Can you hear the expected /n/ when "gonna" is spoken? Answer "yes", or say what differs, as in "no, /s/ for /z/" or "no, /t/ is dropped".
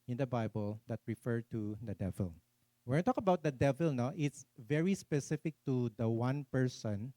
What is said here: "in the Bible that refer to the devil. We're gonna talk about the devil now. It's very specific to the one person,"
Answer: no, /n/ is dropped